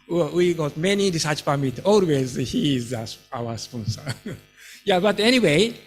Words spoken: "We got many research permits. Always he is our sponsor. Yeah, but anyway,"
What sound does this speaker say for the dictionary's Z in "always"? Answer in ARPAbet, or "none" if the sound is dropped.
Z